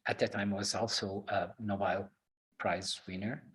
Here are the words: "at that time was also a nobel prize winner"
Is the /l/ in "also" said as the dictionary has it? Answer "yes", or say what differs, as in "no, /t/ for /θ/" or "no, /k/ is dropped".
yes